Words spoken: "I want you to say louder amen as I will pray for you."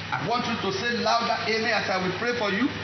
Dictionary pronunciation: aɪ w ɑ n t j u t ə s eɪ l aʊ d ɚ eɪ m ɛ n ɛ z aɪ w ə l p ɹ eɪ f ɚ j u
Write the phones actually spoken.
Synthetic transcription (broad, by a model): aɪ w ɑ n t j u t ə s eɪ l aʊ d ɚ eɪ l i ɑ s aɪ w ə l p ɹ eɪ f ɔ j u